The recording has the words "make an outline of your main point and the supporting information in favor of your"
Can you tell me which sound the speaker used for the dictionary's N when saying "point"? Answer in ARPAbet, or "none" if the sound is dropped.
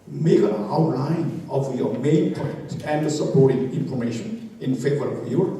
none